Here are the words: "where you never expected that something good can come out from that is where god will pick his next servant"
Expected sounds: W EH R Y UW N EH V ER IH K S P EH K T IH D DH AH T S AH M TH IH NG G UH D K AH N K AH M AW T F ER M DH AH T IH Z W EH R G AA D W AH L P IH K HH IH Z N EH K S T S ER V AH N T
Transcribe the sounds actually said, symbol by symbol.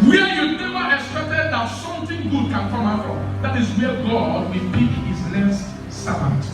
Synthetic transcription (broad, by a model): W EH Y UW N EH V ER IH K S P EH K T IH D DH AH T S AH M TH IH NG G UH D K AH N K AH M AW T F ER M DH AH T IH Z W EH G AA D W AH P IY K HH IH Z L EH S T S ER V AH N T